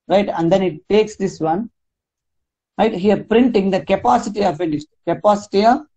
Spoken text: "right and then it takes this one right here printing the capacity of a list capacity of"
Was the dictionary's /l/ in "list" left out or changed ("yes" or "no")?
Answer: yes